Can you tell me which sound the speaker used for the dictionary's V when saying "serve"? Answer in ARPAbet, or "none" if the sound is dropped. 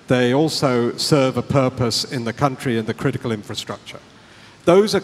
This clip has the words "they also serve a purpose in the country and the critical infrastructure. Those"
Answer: V